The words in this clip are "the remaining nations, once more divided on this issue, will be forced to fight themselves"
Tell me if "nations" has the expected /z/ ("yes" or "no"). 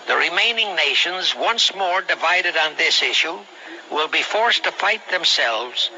yes